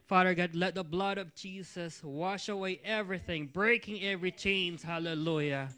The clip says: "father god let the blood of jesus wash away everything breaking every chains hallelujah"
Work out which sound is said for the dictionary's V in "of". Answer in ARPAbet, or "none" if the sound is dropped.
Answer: V